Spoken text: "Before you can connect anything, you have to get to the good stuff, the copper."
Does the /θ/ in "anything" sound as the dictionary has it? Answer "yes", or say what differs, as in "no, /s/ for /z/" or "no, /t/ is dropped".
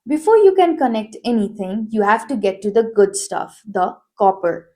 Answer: no, /t/ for /θ/